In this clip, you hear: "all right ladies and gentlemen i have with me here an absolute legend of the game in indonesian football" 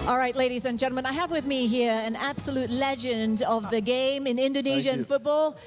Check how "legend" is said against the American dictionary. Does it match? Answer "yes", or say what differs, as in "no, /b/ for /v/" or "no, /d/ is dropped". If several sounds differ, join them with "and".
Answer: yes